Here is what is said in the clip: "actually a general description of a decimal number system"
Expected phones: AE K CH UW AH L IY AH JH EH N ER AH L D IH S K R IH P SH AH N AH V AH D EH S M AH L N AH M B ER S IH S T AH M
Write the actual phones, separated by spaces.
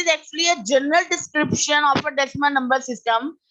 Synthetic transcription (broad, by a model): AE K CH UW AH L IY AH JH EH N ER AH L D IH S K R IH P SH AH N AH F AH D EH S M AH N N AH M B ER S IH S T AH M